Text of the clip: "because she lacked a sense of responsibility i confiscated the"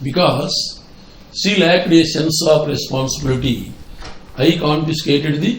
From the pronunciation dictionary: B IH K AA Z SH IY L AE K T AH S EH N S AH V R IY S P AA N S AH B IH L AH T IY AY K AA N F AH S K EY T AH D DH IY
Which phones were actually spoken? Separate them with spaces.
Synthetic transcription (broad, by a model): B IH K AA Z S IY L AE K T AH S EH N S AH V R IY S P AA N S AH B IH L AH T IY AY K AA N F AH S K EY T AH D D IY